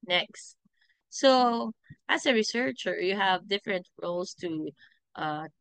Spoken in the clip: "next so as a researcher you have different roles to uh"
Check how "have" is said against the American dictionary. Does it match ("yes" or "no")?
yes